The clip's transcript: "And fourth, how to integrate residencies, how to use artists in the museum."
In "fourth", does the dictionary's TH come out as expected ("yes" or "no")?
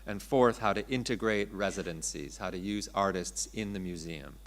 yes